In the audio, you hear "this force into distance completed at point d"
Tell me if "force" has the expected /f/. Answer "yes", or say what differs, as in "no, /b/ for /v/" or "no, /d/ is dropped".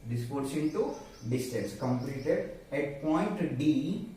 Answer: no, /p/ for /f/